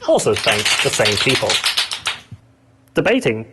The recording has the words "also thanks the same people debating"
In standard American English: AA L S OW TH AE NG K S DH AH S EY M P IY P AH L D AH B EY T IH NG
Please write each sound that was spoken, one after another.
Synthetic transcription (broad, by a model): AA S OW F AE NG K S DH AH S EY M P IY P AH L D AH B EY T IH NG